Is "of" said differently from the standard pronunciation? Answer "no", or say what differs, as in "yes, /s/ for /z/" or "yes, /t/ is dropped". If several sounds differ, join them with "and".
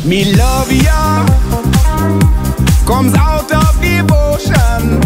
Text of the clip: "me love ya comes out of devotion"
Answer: yes, /f/ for /v/